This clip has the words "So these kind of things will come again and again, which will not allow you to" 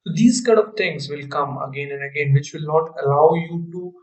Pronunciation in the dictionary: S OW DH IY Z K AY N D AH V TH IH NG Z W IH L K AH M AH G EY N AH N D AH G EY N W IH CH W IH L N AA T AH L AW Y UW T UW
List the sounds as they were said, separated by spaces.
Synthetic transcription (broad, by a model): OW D IY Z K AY D AH V T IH NG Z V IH L K AH M AH G EY N AH N D AH G EY N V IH CH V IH L N AA T AH L AW Y UW T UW